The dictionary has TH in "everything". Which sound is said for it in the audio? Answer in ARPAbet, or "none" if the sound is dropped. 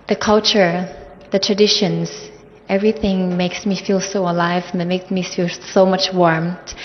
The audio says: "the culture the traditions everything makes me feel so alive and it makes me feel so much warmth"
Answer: TH